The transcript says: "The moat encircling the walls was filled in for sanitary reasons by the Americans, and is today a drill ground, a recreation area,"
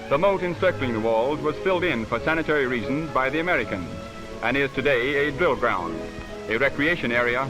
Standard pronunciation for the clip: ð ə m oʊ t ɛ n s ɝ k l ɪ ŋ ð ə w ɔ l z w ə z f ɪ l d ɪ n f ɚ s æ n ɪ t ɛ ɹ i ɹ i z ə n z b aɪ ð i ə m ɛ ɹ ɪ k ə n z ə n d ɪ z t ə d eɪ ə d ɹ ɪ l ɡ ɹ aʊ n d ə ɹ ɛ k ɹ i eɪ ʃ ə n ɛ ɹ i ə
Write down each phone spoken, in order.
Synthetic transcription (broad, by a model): ð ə m oʊ t ɛ n s ɝ k l ɪ ŋ ð ə w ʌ l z w ə z f ɪ l d ɪ n f ɚ s æ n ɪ t ɛ ɹ i ɹ i z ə n z b aɪ ð i ə m ɛ ɹ ɪ k ə n z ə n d ɪ z t ə d eɪ ə d ɹ ɪ l ɡ ɹ aʊ n d ə ɹ ɛ k ɹ i eɪ ʃ ə n ɛ ɹ i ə